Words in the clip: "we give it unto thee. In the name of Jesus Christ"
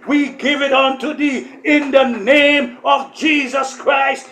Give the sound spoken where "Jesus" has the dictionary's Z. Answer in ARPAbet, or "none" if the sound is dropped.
Z